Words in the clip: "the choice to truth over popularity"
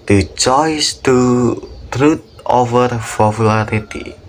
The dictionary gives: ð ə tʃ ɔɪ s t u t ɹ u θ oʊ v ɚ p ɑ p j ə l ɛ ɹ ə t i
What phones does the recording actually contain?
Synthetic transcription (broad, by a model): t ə tʃ ɔɪ s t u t ɹ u t oʊ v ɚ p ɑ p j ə l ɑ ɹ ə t i